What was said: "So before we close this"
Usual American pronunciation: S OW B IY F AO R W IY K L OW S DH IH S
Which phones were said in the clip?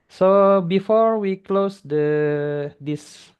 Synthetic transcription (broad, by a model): S OW B IY F AO R W IY K L OW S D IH S